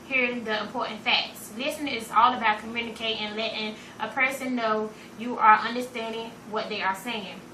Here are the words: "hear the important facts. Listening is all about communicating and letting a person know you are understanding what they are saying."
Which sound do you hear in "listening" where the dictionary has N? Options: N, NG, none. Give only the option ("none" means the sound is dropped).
none